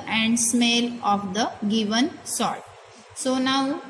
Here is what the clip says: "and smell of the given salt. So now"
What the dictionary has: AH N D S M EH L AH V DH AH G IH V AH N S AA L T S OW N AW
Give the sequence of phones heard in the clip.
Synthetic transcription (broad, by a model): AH N D S M EH L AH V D AH G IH V AH N S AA T S OW N AW